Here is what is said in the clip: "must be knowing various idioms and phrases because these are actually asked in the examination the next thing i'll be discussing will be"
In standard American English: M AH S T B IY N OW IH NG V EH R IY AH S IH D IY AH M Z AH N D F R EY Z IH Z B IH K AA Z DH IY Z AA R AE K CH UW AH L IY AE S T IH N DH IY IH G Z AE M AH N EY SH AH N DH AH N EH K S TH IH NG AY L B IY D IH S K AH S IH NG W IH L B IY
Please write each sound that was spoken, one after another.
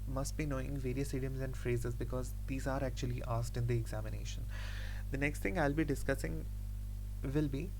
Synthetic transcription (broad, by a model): M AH S T B IY N OW IH NG V EH R IY AH S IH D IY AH M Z AH N D F R EY Z IH Z B IH K AA Z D IY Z AA R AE K CH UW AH L IY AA S T IH N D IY IH G Z AE M AH N EY SH AH N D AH N EH K S T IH NG AY L B IY D IH S K AH S IH NG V IH L B IY